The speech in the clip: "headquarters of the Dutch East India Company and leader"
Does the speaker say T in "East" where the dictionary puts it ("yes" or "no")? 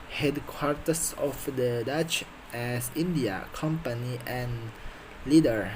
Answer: no